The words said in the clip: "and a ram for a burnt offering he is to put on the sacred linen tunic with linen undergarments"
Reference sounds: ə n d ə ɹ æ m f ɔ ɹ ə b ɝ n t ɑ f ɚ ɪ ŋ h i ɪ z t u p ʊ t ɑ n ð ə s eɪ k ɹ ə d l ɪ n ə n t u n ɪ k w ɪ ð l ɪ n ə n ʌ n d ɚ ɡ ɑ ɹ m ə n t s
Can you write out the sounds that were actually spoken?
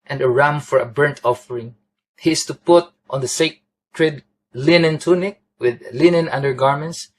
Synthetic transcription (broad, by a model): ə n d ə ɹ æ m f ɔ ɹ ə b ɝ n t ɑ f ɚ ɪ ŋ h i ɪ s t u p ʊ t ɑ n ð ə s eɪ k ɹ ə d l ɪ n ə n t u n ɪ k w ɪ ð l ɪ n ə n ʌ n d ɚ ɡ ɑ ɹ m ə n t s